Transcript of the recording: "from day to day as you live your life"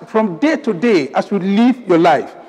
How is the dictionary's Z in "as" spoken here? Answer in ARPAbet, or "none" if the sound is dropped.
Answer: S